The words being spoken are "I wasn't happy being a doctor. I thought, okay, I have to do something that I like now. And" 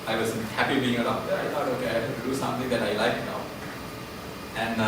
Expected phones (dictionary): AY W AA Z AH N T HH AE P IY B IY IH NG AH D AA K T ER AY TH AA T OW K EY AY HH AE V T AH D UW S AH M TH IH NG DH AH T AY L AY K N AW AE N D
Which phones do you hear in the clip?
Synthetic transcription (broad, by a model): AY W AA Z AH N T HH AE P IY B IY IH NG AH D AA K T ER AY T AA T OW K EY AY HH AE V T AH D UW S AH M T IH NG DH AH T AY L AY K N AW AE N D